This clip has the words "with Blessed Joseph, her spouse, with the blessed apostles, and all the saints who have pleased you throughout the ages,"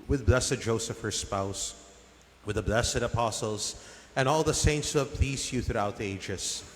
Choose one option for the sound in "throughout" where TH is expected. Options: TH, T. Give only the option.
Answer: TH